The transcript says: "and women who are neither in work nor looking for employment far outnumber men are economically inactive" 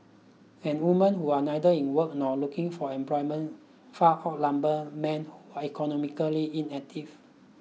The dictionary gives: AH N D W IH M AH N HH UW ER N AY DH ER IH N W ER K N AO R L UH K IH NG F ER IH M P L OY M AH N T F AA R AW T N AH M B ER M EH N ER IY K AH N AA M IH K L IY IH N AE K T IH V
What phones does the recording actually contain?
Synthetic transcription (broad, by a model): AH N W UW M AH N HH UW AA N AY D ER IH N W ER K N AO L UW K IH NG F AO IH M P L OY M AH N F AA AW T L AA M B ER M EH N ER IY K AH N AA M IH K L IY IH N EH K T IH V